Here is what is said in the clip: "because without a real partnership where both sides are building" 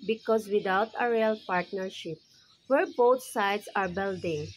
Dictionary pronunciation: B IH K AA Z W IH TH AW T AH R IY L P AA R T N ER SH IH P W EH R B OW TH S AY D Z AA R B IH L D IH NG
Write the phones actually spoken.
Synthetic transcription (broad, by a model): B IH K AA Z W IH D AW T AH R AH L P AA R T N ER SH IH P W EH R B OW T S AY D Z AA R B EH L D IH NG